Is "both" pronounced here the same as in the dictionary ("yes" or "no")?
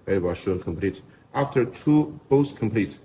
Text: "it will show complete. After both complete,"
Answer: no